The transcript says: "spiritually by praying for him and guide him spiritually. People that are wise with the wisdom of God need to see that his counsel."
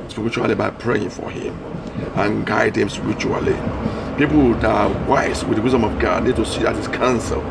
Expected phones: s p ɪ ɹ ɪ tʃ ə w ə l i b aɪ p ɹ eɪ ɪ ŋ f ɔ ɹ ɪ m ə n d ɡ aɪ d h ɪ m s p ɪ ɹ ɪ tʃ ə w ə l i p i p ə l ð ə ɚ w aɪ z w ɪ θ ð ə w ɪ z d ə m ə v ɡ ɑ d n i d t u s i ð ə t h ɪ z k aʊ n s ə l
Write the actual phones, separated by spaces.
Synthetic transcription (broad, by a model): s p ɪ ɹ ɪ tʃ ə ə l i b aɪ p ɹ eɪ ɪ ŋ f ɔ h ɪ m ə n ɡ aɪ d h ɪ m s p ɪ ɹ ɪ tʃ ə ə l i p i p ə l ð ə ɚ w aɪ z w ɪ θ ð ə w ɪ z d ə m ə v ɡ ɑ d n i d t u s i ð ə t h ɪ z k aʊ n s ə l